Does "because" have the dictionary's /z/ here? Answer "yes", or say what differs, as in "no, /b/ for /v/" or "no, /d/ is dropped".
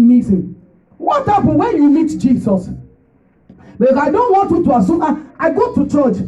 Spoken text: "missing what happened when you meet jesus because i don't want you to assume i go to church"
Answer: no, /z/ is dropped